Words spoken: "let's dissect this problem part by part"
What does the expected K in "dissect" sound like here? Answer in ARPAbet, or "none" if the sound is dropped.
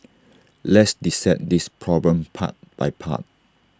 none